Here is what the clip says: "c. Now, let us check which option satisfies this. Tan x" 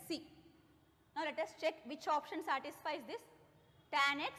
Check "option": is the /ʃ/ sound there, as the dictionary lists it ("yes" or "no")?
yes